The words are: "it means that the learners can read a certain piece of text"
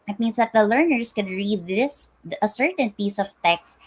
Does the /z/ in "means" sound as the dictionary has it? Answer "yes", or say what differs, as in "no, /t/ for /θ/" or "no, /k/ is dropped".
no, /s/ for /z/